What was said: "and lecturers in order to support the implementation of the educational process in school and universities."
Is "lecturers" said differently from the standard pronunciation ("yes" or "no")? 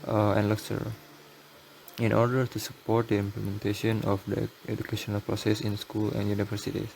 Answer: yes